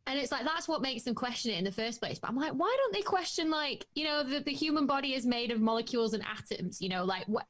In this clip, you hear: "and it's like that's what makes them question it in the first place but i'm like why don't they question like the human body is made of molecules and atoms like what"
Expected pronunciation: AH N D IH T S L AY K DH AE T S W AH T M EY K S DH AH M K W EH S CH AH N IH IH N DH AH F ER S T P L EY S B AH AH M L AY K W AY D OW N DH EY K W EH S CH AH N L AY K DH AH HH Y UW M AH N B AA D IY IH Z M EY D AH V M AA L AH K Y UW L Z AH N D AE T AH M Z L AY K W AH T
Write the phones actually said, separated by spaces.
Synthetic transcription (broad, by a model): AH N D IH T S L AY K DH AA T S W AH T M EY K S DH AH M K W EH S CH AH N IH IH N DH AH F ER S P L EY S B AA AH M L AY K W AY D OW N DH EY K W EH S CH AH N L AY K DH AH HH Y UW M AH N B AA D IY IH Z M EY D AH V M AA L AH K Y UW L Z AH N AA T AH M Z L AY K W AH